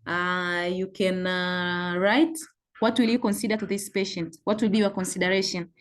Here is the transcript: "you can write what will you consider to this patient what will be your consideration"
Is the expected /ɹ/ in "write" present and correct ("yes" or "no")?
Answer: yes